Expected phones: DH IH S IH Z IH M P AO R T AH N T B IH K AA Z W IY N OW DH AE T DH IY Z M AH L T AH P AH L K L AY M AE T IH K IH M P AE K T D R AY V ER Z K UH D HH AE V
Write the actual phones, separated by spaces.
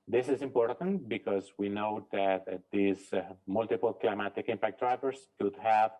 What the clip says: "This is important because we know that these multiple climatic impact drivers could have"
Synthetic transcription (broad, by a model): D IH S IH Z IH M P AO R T AH N T B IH K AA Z W IY N OW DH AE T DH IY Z M AH L T AH P AH L K L AY M AE T IH K IH M P AE K T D R AY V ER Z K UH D HH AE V